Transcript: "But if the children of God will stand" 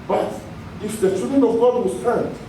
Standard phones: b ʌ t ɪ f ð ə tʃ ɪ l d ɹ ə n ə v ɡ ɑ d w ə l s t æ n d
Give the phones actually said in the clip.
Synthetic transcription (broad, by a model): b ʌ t ɪ f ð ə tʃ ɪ d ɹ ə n ə v ɡ ɑ d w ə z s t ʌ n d